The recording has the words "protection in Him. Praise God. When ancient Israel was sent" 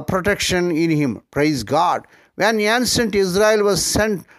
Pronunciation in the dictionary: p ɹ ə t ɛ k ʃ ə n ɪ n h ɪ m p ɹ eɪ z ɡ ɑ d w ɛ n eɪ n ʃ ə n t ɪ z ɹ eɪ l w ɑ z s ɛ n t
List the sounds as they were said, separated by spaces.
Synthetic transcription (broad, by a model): p ɹ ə t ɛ k ʃ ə n ɪ n h ɪ m p ɹ eɪ z ɡ ɑ d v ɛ n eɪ n s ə n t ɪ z ɹ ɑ l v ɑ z s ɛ n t